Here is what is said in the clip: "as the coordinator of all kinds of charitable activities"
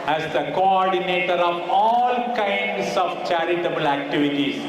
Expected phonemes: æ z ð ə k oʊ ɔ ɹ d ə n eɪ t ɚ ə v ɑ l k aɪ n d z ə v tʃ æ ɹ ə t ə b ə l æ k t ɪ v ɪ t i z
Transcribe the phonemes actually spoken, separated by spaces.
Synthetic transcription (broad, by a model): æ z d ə k oʊ ɔ ɹ d ə n eɪ t ɚ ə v ɑ l k aɪ n d s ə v tʃ æ ɹ ə t ə b ə l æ k t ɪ v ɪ t i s